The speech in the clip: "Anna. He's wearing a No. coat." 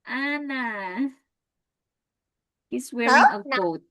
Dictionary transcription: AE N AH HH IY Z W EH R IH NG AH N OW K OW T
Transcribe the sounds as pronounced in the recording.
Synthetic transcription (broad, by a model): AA N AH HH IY S W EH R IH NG AH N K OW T